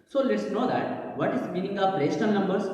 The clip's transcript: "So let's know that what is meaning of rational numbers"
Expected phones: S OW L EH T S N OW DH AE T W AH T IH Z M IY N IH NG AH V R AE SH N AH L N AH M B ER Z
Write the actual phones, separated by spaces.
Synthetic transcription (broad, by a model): S OW L EH T S N OW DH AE T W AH T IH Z M IY N IH NG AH P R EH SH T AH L N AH M B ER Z